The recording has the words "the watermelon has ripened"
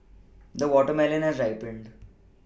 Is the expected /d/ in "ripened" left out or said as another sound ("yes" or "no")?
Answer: no